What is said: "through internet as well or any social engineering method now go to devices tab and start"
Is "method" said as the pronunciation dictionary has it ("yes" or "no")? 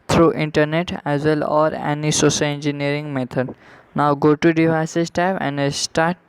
no